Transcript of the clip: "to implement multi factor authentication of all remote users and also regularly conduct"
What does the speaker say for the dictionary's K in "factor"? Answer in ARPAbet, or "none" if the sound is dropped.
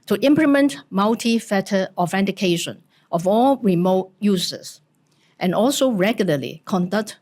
none